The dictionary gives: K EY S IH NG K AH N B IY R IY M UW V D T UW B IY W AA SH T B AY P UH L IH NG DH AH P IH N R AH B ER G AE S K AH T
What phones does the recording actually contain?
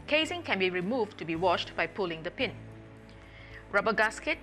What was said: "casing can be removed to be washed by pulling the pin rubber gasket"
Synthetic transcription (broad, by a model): K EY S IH NG K AH N B IY R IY M UW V T UW B IY W AA SH T B AY P UH L IH NG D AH P IH N R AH B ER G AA S K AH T